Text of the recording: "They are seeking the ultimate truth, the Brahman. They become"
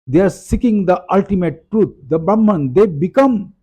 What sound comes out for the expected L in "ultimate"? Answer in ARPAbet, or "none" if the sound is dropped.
L